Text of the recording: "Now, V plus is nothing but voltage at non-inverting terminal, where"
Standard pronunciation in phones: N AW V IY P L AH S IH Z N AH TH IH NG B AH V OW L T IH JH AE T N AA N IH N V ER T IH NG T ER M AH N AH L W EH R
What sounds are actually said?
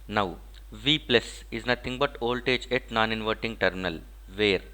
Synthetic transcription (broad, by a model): N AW V IY P L AH S IH Z N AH T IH NG B AH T OW L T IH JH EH T N AA N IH N V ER T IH NG T ER M AH N AH L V EH R